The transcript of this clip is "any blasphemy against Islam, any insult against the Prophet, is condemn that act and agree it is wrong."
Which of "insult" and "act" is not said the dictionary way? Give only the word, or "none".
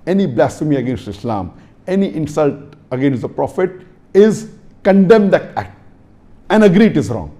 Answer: none